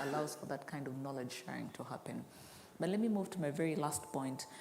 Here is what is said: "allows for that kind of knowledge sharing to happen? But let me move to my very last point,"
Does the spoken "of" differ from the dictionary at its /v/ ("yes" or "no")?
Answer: no